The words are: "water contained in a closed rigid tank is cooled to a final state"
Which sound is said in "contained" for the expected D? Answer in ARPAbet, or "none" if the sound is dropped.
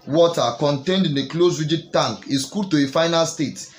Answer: D